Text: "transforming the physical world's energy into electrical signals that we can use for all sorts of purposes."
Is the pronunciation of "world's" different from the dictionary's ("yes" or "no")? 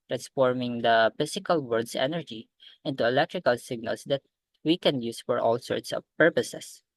yes